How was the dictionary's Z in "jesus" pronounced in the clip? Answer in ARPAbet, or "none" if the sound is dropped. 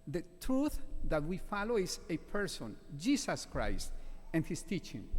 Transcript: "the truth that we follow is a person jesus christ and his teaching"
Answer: S